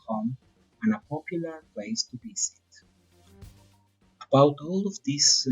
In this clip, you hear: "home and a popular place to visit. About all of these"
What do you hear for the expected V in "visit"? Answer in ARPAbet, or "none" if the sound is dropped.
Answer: B